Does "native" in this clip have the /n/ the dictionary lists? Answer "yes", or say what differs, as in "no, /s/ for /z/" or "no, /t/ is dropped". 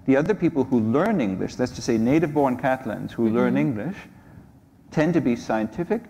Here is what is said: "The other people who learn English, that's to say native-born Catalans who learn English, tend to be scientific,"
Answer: yes